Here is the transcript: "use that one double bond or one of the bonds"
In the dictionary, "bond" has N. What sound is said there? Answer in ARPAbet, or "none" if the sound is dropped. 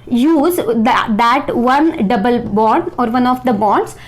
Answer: none